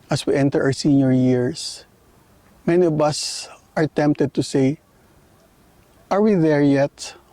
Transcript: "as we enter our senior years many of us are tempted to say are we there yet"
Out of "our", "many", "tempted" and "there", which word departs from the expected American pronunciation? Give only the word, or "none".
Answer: our